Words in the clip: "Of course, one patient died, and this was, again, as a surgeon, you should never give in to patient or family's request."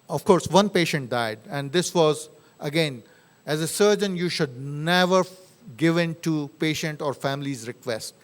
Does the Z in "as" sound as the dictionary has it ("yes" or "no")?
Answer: yes